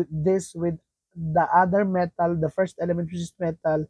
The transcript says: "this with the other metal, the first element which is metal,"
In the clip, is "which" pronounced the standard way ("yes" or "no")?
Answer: no